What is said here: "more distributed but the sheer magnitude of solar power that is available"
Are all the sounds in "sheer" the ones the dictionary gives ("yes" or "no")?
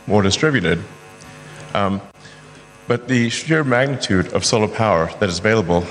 yes